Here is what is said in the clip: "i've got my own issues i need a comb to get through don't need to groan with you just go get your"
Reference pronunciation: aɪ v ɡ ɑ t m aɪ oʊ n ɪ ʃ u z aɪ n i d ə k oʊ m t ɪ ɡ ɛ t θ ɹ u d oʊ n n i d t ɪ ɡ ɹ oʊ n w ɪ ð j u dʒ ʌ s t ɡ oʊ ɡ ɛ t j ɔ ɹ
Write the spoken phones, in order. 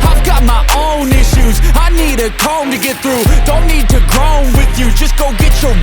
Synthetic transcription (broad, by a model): aɪ v ɡ ɑ t m aɪ oʊ n ɪ ʃ u z aɪ n i d ə k oʊ m t ɪ ɡ ɛ t θ ɹ u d oʊ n n i d t ɪ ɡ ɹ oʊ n w ɪ ð j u dʒ ʌ s ɡ oʊ ɡ ɛ t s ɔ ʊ